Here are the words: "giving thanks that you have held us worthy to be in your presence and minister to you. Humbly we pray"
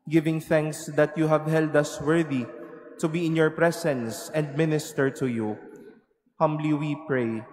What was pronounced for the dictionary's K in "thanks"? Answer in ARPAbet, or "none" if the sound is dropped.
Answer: K